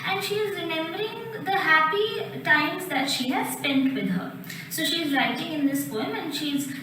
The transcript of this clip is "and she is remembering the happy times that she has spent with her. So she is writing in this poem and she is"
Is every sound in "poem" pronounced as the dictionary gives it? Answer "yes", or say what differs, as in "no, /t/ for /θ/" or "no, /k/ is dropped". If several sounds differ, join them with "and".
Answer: yes